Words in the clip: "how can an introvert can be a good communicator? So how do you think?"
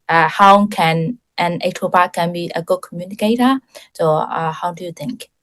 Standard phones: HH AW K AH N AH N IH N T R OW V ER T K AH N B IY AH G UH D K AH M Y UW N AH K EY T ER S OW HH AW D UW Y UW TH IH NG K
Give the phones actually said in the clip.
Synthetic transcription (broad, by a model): HH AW K AH N AH N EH T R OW B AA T K AH N B IY AH G UH D K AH M Y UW N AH K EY T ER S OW HH AW D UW Y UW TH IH NG K